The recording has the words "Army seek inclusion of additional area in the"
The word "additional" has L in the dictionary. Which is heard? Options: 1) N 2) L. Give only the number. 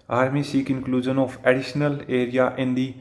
2